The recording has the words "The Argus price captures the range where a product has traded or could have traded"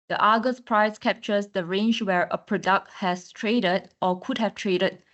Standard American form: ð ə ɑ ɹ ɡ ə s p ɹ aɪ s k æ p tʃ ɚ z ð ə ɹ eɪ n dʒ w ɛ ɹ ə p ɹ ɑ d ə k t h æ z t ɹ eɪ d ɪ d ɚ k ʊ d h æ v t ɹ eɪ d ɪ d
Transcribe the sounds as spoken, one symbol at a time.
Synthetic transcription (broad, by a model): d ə ɑ ɡ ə s p ɹ aɪ s k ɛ p tʃ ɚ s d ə ɹ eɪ n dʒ w ɛ ɹ ə p ɹ ɑ d ə k t h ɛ s t ɹ eɪ d ɪ d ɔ k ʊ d h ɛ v t ɹ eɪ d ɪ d